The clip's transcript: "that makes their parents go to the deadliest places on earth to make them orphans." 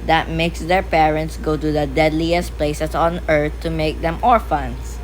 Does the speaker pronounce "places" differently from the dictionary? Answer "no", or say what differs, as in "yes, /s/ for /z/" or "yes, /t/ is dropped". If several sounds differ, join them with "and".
yes, /s/ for /z/